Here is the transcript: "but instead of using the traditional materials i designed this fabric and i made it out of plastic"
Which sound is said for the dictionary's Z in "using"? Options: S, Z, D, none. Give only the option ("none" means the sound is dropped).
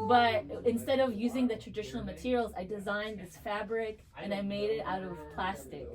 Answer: Z